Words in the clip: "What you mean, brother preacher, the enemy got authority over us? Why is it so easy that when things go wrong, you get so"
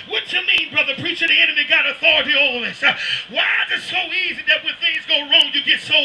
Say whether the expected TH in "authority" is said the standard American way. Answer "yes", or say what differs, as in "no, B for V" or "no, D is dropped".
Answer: yes